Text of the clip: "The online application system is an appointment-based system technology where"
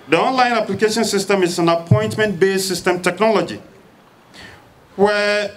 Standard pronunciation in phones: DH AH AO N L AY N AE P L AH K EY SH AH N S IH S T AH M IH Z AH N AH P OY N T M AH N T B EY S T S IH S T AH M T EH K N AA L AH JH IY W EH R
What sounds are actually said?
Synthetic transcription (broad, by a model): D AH AO N L AY N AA P L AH K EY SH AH N S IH S T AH M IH S AH N AH P OY N T M AH N T B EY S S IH S T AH M T EH K N AA L AH JH IY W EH